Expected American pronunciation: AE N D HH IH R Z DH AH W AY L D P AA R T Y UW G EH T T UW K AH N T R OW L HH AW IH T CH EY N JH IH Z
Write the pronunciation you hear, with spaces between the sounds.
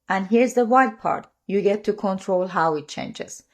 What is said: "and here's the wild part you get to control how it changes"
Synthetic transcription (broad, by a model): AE N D HH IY R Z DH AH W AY D P AA R T Y UW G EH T T UW K AH N T R OW L HH AW IH T CH EY N JH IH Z